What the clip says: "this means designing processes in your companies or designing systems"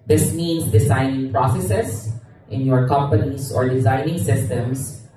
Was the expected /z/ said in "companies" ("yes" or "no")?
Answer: no